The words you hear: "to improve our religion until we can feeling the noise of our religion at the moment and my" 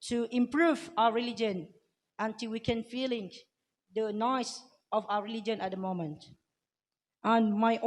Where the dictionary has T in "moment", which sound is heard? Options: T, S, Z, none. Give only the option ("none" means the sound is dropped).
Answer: T